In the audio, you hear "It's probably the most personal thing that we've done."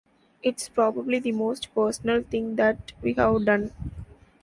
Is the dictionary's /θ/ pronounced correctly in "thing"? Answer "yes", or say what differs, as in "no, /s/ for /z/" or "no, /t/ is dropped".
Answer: no, /t/ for /θ/